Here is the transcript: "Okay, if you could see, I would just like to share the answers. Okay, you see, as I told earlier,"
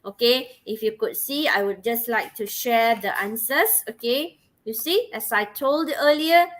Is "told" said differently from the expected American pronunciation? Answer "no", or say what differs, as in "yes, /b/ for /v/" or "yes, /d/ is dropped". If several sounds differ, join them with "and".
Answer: no